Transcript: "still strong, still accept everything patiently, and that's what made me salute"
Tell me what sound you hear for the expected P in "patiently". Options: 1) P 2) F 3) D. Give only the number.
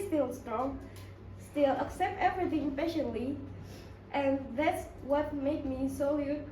2